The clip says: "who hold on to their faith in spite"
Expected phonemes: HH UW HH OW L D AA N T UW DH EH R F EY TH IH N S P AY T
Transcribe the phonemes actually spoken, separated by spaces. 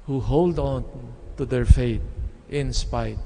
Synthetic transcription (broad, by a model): HH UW HH OW L D AA N T UW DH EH R F EY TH IH N S P AY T